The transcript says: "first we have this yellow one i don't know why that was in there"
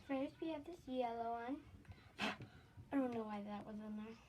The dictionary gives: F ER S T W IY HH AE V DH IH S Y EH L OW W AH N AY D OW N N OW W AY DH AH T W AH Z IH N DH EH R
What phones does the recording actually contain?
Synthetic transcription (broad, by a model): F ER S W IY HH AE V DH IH S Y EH L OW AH N AY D OW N N OW W AY DH AH T W AH Z IH N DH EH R